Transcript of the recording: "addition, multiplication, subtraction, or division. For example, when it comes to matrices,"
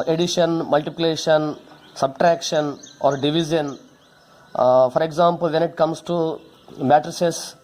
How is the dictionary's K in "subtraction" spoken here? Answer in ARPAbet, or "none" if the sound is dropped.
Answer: K